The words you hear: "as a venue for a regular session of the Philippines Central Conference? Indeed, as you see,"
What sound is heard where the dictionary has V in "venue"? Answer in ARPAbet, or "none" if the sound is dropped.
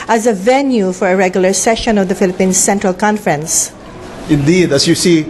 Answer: V